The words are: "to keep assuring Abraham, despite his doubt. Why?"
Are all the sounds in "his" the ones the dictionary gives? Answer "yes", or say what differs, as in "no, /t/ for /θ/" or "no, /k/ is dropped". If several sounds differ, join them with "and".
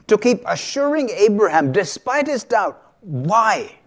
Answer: yes